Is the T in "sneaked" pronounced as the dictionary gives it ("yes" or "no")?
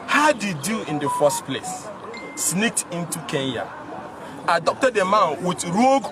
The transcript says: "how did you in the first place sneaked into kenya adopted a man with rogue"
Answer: yes